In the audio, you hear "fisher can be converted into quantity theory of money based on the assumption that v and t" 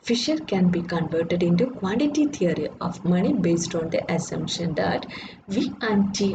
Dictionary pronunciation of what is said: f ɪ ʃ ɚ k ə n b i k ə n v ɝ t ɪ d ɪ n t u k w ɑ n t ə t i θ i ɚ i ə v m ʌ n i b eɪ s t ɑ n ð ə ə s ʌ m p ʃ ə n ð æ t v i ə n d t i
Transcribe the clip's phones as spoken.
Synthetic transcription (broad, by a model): f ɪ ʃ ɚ k ə n b i k ə n v ɝ t ɪ d ɪ n t u k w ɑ n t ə t i t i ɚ i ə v m ʌ n i b eɪ s t ɑ n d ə ə s ʌ m p ʃ ə n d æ t v i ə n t i